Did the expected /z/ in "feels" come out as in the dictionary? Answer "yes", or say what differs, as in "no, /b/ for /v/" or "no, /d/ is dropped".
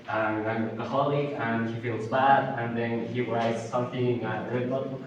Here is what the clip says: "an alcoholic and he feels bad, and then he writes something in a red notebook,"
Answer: yes